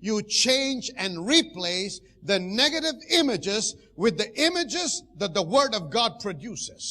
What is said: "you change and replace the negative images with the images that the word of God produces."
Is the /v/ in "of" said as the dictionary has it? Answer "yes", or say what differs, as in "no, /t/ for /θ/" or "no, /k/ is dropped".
yes